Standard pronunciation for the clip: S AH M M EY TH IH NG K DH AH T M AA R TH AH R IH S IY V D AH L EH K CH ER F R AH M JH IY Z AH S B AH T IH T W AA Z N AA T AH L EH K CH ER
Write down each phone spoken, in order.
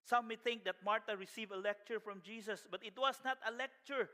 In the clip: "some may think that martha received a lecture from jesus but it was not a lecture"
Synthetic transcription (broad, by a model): S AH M M EY TH IH NG K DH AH T M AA R T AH R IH S IY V AH L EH K CH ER F R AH M JH IY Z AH S B AH T IH T W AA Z N AA T AH L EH K CH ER